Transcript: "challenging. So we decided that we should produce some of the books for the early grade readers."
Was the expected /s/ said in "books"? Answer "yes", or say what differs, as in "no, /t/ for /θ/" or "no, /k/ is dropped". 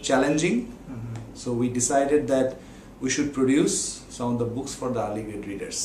yes